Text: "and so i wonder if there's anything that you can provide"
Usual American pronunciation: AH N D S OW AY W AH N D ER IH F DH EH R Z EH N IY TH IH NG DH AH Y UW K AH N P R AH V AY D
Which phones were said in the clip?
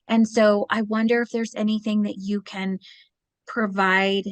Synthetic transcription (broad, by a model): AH N S OW AY W AH N D ER IH F DH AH R Z EH N IY TH IH NG DH AH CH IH K AH N P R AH V AY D